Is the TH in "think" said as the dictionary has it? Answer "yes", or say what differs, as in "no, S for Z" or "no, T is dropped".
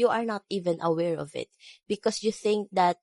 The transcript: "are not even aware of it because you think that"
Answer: yes